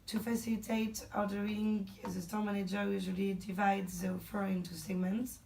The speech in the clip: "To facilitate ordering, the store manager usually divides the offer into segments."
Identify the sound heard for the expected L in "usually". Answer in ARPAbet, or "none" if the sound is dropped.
L